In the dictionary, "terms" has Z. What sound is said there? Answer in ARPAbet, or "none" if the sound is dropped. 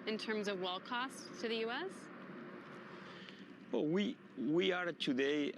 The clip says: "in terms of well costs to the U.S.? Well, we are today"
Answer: Z